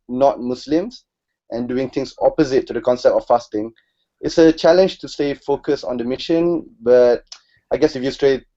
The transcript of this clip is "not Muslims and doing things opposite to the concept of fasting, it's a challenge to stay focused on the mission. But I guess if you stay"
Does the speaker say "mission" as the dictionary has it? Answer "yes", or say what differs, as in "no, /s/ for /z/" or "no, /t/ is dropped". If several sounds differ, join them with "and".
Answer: yes